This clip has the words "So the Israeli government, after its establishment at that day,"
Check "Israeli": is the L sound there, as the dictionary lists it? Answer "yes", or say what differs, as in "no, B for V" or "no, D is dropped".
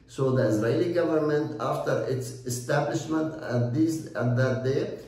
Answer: yes